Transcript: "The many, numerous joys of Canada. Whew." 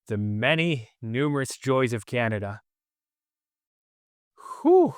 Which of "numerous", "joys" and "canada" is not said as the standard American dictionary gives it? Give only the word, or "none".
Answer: none